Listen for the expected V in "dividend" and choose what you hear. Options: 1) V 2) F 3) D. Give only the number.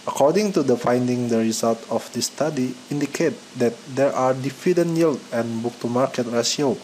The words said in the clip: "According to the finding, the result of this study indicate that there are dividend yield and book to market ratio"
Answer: 2